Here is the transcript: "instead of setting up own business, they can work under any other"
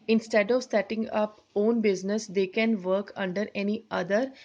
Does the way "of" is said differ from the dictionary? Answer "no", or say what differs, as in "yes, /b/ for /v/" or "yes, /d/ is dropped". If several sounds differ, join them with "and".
no